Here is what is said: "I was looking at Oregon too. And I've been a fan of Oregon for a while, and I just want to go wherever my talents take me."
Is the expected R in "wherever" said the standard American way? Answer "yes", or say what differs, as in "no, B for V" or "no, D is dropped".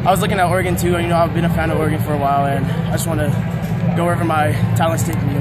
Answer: no, R is dropped